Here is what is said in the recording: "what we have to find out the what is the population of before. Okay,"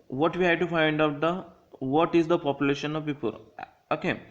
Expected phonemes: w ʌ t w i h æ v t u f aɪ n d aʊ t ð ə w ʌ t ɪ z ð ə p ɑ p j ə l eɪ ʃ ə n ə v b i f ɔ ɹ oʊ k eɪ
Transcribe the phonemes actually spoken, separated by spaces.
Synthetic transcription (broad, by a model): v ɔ t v i h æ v t u f aɪ n d aʊ t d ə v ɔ t ɪ z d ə p ɑ p j ə l eɪ ʃ ə n ə v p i p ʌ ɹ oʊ k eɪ